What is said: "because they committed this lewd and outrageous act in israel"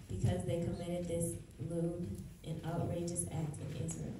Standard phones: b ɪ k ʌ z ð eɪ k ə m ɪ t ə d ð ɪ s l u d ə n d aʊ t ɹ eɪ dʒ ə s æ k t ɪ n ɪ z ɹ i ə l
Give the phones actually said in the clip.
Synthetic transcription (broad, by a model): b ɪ k ʌ z ð eɪ k ə m ɪ t ə d ð ɪ s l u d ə n aʊ t ɹ eɪ dʒ ə s æ k t ɪ n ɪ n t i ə